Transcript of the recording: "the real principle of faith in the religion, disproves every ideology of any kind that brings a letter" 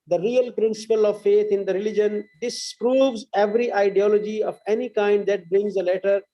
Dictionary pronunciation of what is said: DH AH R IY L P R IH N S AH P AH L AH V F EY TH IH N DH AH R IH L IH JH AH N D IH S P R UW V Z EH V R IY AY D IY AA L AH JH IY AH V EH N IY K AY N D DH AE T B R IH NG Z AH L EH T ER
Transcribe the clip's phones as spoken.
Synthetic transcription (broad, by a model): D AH R IY L P R IH N S AH P AH L AH V F EY T IH N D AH R IH L IH JH AH N D IH S P R UW V Z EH V R IY AY D IY AA L AH JH IY AH V EH N IY K AY N D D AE T B R IH NG Z AH L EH T ER